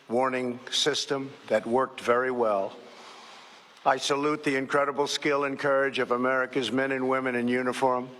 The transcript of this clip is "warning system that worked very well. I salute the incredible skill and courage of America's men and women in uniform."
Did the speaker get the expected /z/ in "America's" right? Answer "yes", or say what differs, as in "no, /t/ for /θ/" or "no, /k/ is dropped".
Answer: yes